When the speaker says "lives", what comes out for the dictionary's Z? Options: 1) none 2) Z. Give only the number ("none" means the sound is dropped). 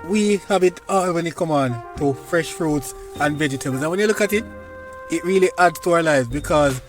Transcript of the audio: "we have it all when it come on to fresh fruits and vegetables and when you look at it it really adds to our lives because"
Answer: 2